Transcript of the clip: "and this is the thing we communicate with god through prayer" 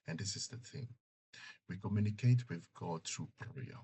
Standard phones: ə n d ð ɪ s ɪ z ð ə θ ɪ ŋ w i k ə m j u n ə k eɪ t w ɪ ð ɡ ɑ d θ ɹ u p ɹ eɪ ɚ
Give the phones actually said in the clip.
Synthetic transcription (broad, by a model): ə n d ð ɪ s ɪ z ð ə θ ɪ ŋ w i k ə m j u n ə k eɪ t w ɪ ð ɡ ɑ d t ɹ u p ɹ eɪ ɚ